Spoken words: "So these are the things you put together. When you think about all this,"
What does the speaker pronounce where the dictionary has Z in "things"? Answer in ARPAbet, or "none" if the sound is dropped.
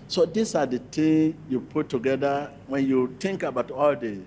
none